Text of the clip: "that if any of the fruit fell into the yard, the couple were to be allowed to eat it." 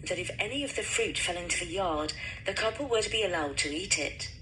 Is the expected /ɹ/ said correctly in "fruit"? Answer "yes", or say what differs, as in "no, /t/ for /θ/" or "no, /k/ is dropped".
yes